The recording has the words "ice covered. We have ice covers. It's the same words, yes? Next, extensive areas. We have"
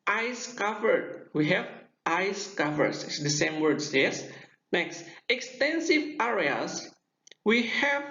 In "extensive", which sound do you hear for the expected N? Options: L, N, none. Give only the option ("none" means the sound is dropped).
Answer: N